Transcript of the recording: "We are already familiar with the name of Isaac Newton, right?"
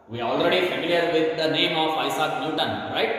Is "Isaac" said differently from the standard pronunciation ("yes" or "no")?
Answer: yes